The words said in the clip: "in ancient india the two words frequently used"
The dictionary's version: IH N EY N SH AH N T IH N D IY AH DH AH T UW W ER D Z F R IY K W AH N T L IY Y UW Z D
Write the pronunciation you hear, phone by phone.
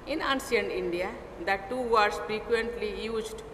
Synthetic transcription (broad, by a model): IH N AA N S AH N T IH N D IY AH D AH T UW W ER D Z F R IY K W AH N T L IY Y UW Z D